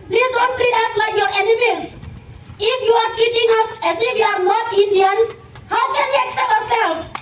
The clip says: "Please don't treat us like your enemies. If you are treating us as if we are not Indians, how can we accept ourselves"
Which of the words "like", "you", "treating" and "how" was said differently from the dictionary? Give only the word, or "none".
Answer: treating